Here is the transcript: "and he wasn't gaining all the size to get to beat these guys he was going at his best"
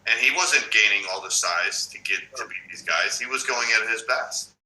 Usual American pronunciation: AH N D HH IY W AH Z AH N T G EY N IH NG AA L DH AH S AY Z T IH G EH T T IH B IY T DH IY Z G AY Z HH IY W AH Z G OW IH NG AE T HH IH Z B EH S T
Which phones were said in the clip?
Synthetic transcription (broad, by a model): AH N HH IY W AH Z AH N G EY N IH NG AA L DH AH S AY Z T IH G EH T T IH B IY T DH IY Z G AY Z HH IY W AH Z G OW IH NG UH T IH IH Z B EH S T